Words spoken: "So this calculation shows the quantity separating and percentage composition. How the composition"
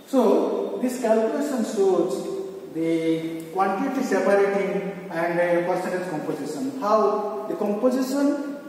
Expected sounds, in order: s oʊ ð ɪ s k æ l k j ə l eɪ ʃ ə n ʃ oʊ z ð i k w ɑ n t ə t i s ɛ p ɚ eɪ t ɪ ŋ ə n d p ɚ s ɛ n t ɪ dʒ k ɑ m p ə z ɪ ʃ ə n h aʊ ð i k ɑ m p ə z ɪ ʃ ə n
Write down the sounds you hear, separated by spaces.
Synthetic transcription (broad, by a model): s oʊ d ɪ s k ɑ l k j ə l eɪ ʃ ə n s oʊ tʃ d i k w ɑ n t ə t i s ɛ p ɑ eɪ t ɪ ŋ ə n d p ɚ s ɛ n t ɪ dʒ k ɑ m p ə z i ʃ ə n h aʊ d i k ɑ m p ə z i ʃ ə n